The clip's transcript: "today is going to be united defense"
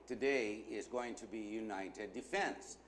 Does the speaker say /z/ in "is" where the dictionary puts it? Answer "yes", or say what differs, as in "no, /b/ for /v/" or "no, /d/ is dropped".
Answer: yes